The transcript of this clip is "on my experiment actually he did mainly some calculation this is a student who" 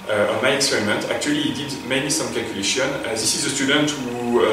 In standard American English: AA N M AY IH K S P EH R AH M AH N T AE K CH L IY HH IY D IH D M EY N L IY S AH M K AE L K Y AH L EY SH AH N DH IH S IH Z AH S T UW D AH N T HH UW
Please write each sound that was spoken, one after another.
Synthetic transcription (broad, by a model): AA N M AY IH K S P EH R AH M AH N T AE K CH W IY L IY D IH D M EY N IY S AH M K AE L K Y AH L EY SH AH N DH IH S IH Z AH S T UW D AH N T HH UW